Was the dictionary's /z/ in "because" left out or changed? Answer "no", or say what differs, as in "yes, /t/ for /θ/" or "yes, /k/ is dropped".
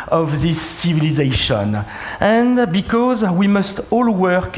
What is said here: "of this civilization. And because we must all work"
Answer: no